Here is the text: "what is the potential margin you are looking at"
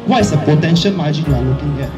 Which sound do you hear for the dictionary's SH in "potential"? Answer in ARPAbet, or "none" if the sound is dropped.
SH